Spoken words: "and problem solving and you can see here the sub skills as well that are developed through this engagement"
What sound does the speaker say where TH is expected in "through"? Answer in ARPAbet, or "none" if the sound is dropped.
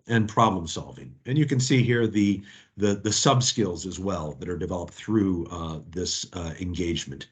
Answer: TH